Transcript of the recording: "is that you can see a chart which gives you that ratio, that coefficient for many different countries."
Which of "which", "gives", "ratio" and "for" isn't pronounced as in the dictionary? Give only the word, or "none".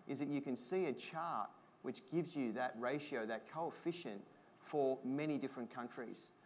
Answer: none